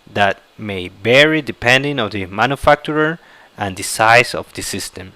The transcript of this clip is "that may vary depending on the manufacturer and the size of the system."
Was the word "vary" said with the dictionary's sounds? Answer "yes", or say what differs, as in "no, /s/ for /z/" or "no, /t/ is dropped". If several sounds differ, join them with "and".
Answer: no, /b/ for /v/